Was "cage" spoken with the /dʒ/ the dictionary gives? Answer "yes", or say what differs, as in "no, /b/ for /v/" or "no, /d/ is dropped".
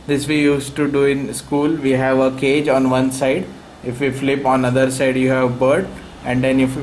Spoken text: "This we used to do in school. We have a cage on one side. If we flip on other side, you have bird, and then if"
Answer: yes